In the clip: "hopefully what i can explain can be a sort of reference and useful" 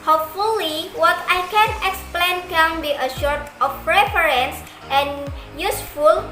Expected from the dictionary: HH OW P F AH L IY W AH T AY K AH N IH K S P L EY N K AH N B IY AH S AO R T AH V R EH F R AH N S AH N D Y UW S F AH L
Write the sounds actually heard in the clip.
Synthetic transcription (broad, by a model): HH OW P F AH L IY W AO T AY K AH N IH K S P L EY N K AH N B IY AH SH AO R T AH F R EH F R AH N S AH N Y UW S F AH L